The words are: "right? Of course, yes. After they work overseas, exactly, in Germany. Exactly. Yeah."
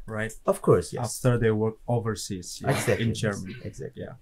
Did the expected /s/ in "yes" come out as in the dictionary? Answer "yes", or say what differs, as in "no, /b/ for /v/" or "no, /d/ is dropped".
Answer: no, /s/ is dropped